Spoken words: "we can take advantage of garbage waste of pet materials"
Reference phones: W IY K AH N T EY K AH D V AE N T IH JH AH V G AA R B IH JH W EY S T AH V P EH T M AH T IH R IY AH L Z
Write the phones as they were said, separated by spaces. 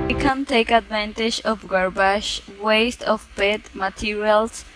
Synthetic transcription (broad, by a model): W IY K AH N T EY K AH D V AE N T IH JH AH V G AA R B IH SH W EY S T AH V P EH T M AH T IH R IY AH L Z